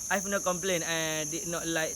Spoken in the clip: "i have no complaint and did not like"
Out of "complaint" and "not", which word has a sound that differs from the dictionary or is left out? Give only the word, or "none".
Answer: complaint